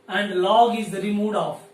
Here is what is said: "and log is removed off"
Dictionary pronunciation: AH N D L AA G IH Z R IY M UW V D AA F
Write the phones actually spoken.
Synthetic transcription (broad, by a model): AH N D L AA G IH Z R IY M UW D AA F